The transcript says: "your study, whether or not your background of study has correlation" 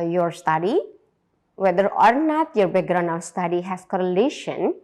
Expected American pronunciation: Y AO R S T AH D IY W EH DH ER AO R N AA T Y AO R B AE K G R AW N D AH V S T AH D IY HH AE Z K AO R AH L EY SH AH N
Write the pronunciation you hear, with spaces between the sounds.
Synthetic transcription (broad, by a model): Y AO R S T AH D IY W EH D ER AO R N AA T Y AO R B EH G R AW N AH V S T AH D IY HH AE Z K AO R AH L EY SH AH N